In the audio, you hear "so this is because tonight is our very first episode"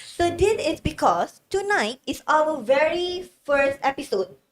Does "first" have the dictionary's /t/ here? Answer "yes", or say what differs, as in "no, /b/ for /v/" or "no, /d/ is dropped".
yes